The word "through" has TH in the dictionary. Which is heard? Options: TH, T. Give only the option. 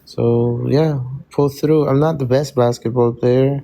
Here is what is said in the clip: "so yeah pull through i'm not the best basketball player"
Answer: TH